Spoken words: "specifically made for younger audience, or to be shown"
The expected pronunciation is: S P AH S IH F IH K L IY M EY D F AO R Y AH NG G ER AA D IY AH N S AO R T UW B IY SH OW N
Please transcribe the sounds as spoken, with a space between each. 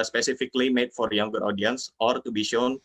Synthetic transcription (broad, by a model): S P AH S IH F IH K L IY M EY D F AO R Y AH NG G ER AA D IY AH N S AO R T UW B IY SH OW N